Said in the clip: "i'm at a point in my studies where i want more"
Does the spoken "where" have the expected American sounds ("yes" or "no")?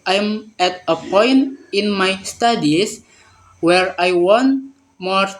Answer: yes